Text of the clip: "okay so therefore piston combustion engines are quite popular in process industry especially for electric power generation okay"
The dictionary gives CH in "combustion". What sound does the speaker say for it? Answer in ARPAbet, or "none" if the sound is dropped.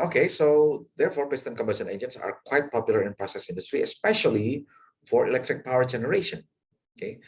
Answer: none